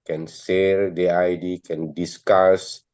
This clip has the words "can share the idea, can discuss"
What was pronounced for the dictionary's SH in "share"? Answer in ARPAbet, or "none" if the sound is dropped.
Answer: S